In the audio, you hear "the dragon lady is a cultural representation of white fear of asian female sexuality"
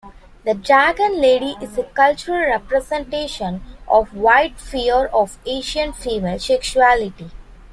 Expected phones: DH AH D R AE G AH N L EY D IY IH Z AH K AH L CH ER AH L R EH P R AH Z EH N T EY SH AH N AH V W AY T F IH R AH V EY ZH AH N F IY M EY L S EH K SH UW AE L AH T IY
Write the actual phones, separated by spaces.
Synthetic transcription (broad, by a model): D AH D AE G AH N L EY D IY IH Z AH K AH L CH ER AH L R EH P R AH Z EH N T EY SH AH N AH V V AY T F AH R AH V EY SH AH N F IY M EY L S EH K SH UW AE L AH T IY